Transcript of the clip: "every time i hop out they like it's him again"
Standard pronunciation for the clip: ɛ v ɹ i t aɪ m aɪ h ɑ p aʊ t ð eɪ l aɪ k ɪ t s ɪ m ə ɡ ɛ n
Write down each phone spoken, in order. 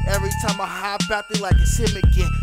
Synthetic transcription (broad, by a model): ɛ v ɹ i t aɪ m aɪ h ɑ b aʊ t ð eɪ l aɪ k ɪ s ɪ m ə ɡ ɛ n